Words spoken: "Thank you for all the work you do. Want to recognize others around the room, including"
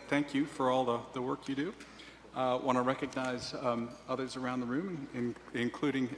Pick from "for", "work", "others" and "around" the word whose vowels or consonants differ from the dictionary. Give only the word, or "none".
none